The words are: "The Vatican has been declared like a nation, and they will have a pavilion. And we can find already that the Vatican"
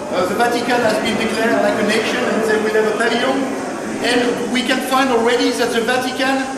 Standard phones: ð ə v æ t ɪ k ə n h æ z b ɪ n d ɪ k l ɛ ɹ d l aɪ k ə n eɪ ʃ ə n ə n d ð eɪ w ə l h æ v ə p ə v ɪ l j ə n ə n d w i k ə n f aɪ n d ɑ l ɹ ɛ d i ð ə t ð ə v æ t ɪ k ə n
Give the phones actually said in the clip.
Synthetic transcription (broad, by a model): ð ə v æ t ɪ k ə n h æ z b ɪ n d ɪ k l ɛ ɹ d n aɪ k ə n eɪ ʃ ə n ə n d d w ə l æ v ə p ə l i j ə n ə n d w i k ə n f aɪ n d ɑ l ɹ ɛ d i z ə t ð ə v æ t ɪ k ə n